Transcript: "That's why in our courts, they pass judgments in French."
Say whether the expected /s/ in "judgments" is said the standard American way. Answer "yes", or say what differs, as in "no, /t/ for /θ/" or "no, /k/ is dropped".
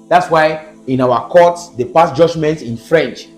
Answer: no, /s/ is dropped